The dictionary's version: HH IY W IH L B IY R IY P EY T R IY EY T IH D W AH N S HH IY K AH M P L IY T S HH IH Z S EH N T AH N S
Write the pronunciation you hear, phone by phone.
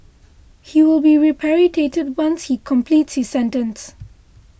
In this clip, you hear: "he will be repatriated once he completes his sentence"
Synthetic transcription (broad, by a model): HH IY W IH L B IY R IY P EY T R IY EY T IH D W AH N S HH IY K AH M P L IY T S HH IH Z S EH N T AH N S